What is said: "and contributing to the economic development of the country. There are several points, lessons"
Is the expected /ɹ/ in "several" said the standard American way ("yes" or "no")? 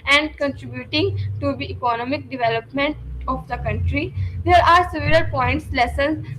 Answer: no